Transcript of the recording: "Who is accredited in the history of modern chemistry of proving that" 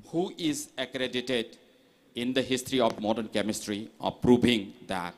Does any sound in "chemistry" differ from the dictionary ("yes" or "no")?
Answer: no